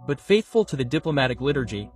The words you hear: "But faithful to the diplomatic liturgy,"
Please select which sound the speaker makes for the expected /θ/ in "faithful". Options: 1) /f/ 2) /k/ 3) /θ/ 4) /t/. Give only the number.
3